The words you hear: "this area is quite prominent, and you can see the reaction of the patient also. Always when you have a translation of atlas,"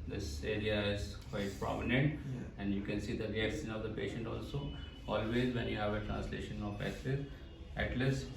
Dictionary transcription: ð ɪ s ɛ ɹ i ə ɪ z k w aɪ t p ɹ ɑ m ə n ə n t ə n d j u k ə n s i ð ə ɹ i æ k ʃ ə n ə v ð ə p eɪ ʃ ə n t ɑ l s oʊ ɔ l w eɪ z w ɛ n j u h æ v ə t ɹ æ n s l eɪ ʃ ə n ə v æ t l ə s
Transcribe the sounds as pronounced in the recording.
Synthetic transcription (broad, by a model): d ɪ s ɛ ɹ i ə ɪ z k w aɪ t p ɹ ɑ m ə n ə n t ə n d j u k ə n s i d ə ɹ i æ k s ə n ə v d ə p eɪ ʃ ə n t ɑ l s oʊ ɔ l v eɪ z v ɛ n j u h æ v ə t ɹ æ n s l eɪ ʃ ə n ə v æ t l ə s